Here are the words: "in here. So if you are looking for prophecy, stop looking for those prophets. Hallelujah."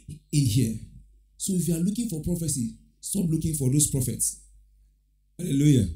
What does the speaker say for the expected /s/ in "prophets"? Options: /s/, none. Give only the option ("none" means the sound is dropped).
/s/